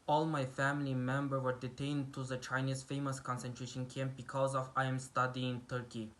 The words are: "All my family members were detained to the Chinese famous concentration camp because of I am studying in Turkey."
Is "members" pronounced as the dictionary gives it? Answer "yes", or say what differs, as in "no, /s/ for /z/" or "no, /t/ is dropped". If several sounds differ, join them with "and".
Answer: no, /z/ is dropped